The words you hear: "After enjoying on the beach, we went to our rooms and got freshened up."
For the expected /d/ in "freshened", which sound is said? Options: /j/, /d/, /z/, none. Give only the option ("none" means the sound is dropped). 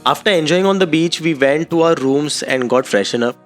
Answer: none